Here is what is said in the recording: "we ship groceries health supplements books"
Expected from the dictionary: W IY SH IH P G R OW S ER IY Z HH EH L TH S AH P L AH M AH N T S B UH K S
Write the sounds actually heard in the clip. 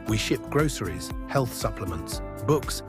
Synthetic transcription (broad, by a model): W IY SH IH P G R OW S ER IY Z HH EH L TH S AH P L AH M AH N T S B UH K S